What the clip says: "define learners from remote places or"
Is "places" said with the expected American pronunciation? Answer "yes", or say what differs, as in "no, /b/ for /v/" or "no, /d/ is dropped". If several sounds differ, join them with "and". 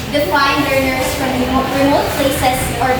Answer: no, /s/ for /z/